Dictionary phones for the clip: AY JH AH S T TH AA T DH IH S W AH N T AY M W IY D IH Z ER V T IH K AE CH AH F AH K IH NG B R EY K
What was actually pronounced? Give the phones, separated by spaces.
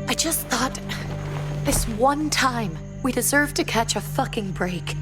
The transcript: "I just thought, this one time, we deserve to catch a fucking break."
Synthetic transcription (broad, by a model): AY JH AH S T TH AA T DH IH S W AH N T AY M W IY D IH Z ER V T IH K AE CH AH F AH K IH NG B R EY K